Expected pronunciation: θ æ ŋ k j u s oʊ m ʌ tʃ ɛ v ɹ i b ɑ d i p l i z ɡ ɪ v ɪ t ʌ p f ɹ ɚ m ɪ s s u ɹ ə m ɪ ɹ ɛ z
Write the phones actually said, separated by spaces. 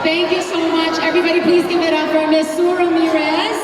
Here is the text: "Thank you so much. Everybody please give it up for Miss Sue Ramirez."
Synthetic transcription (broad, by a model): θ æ ŋ k j u s oʊ m ʌ tʃ ɛ v ɹ i b ɑ d i p l i z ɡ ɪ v ɪ t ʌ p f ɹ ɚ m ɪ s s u ɹ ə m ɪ ɹ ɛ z